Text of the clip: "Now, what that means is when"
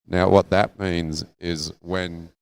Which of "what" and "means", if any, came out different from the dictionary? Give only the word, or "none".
none